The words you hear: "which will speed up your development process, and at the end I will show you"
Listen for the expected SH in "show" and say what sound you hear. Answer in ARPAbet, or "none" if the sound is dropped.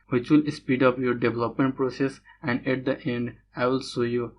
S